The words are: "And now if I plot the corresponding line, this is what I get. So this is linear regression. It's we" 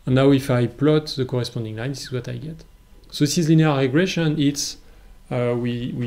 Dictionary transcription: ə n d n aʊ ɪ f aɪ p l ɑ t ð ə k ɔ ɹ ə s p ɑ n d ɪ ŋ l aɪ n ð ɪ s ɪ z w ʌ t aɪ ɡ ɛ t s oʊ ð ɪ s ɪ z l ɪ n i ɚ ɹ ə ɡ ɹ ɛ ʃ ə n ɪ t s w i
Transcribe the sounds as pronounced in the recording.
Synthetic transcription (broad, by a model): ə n n aʊ ɪ f aɪ p l ɑ t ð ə k ɔ ɹ ə s p ɑ n d ɪ ŋ l aɪ n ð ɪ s ɪ z w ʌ t aɪ ɡ ɛ t s oʊ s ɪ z l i n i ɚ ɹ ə ɡ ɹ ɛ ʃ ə n ɪ t s w i